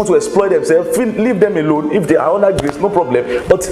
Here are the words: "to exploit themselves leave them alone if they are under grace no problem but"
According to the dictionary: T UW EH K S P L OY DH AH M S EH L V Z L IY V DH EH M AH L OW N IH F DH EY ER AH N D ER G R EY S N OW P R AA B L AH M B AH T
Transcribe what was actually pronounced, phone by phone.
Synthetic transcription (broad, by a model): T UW EH K S P L OY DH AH M S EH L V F L IY V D EH M AH L OW N IH F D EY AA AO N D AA G R EY S N OW P R AA B L AH M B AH T